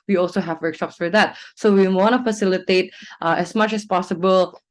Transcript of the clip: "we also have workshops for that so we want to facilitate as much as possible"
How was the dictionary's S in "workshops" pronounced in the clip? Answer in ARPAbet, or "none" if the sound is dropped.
S